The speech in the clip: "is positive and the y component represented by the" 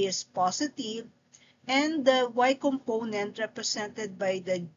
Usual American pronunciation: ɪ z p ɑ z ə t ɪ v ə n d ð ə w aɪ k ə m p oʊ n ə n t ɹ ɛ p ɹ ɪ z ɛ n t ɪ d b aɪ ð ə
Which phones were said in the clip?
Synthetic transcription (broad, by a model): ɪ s p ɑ s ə t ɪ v ə n d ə w aɪ k ə m p oʊ n ə n t ɹ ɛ p ɹ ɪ s ɛ n t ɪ d b aɪ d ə